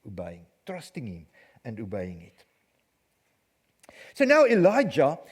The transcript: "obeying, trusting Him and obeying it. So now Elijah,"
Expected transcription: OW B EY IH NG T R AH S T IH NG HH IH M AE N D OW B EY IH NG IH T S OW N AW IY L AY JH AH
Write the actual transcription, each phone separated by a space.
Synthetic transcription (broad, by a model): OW B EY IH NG T R AH S T IH NG HH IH M AE N D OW B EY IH NG IH T S OW N AW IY L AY JH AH